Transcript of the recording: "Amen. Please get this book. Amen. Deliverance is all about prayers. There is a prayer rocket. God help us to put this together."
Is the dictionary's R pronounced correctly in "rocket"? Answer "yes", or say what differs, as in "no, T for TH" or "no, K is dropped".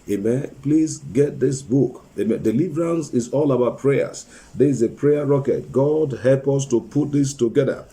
yes